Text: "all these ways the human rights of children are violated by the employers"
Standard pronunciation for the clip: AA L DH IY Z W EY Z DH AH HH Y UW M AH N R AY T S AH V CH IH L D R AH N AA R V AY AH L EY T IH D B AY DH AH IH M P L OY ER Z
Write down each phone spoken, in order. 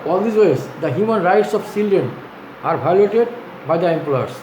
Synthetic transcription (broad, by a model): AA L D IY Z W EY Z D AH HH Y UW M AH N R AY T S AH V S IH L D AH N AA R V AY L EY T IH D B AY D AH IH M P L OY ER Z